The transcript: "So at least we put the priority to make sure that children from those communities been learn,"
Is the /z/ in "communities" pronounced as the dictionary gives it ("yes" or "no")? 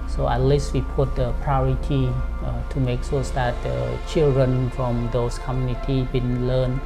no